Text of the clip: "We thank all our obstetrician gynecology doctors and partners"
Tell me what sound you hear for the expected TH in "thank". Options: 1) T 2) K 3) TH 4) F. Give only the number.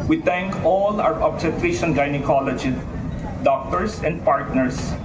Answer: 1